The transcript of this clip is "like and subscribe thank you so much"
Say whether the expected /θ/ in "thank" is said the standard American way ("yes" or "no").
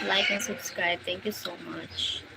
no